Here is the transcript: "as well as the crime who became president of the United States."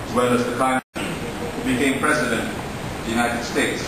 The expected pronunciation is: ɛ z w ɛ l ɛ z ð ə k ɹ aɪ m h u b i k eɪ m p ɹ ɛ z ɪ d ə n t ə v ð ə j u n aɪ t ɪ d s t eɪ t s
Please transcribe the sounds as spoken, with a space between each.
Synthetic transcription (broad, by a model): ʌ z w ɛ l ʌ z ð ə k aɪ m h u b i k eɪ m p ɹ ɛ z ɪ d ə n t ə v ð ə j u n aɪ t ɪ d s t eɪ t s